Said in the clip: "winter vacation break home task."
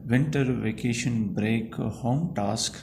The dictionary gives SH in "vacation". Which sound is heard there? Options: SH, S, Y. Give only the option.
SH